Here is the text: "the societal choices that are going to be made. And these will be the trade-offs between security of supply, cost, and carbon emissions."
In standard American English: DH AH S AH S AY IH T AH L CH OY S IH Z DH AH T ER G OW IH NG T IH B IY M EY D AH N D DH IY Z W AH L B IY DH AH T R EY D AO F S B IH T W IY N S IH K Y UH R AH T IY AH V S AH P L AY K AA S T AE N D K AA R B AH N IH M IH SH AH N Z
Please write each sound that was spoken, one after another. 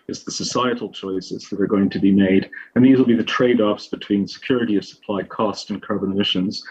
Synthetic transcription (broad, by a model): DH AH S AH S AY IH T L CH OY S IH Z DH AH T ER G OW IH NG T IH B IY M EY D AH N DH IY Z W AH L B IY DH AH T R EY D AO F S B IH T W IY N S IH K Y UH R AH T IY AH V S AH P L AY K AA S T N K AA R B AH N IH M IH SH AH N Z